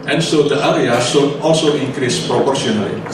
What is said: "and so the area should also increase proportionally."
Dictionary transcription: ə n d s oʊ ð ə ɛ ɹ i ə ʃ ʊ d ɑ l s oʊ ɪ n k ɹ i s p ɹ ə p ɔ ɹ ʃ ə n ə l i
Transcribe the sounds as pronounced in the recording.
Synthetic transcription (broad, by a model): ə n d s oʊ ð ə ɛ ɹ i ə s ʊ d ɑ l s oʊ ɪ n k ɹ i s p ɹ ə p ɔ ɹ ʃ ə n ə l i